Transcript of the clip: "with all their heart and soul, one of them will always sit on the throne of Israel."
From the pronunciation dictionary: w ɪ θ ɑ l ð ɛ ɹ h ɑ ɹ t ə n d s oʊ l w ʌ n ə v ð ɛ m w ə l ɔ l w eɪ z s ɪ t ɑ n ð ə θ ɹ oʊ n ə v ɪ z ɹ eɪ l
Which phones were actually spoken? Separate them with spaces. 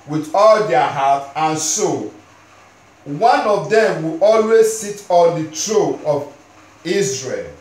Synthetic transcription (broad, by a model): w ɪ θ ɑ l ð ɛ h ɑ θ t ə n s oʊ w ʌ n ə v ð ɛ m w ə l ɔ l w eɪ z s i t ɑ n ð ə t ɹ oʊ ə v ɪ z ɹ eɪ l